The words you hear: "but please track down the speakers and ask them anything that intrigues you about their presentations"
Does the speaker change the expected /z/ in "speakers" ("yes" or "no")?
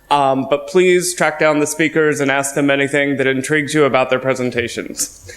no